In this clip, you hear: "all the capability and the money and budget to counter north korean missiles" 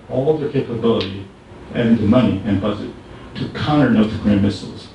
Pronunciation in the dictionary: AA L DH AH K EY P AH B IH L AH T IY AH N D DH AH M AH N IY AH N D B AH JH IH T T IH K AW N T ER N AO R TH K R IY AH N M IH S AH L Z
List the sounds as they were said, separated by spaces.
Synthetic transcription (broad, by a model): AA L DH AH K EY P AH B IH L AH T IY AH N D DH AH M AH N IY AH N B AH Z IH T T IH K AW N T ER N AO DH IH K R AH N M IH S L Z